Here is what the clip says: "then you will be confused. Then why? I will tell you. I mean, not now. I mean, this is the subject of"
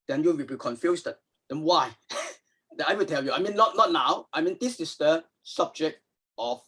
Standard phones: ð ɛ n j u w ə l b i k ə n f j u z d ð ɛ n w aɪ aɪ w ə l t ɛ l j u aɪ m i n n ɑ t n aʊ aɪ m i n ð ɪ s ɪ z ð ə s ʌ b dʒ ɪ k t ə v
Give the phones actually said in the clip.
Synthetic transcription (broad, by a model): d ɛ n j u w ə l b i k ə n f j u s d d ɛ n w aɪ aɪ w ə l t ɛ l j u aɪ m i n n ɑ t n aʊ aɪ m i n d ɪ s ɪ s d ə s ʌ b dʒ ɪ k t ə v